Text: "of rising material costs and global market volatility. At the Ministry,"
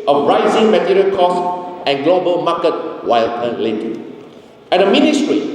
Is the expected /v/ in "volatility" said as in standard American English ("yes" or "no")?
no